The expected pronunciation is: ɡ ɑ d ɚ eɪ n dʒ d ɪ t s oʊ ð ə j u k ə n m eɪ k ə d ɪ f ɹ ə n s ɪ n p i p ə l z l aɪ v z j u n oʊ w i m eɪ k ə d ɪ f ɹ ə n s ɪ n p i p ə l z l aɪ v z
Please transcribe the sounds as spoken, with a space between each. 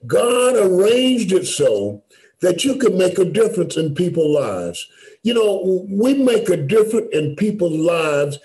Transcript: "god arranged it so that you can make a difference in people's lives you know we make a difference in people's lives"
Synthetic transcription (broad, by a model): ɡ ɑ d ɚ eɪ n dʒ d ɪ t s oʊ ð ə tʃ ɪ k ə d m eɪ k ə d ɪ f ɹ ə n s ɪ n p i p l l aɪ v z j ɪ n oʊ w i m eɪ k ə d ɪ f ɹ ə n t ɪ n p i p l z l aɪ v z